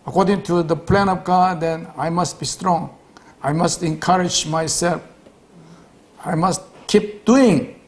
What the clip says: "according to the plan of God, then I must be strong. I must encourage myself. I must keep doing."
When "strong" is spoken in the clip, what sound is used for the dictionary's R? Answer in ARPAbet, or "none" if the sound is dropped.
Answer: R